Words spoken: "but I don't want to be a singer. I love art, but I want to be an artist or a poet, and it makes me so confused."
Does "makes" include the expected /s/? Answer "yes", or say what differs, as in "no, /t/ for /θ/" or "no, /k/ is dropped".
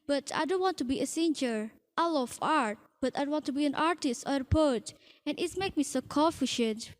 no, /s/ is dropped